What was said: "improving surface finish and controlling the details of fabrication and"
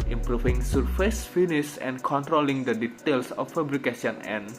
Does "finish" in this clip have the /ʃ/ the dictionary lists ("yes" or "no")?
no